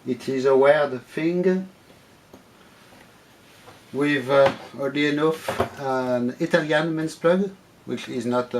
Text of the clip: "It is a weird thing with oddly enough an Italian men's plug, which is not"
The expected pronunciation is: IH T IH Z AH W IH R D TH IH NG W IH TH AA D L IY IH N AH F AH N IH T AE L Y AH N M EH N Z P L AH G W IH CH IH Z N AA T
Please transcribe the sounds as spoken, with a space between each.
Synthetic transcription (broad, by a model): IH T IH Z AH W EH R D F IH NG W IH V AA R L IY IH N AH F AH N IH T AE L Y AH N M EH N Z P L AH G W IH CH IH Z N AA T